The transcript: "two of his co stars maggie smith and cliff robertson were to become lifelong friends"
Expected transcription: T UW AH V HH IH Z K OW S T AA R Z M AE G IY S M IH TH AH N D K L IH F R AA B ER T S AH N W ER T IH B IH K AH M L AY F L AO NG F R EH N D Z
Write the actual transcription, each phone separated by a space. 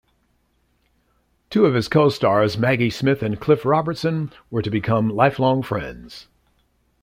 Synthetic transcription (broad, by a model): T UW AH V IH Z K OW S T AA R Z M AE G IY S M IH TH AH N K L IH F R AA B ER T S AH N W ER T IH B IH K AH M L AY F L AO NG F R EH N D Z